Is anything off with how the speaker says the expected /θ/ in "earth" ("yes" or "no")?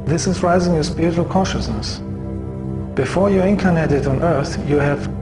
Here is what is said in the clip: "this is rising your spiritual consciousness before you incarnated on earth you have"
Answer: no